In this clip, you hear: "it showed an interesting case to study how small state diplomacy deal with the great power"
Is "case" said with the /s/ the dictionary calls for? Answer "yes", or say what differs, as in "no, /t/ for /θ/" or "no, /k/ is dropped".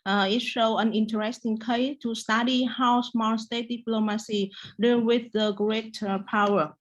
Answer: no, /s/ is dropped